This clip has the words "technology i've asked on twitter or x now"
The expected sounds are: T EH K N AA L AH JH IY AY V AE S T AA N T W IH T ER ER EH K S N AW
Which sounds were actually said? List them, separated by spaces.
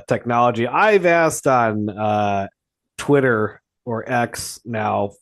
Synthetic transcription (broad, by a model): T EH K N AA L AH JH IY AY V AE S T N T W IH T ER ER EH K S N AW